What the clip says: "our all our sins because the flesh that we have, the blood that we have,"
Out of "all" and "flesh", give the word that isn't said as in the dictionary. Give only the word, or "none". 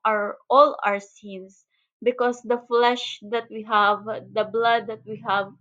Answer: none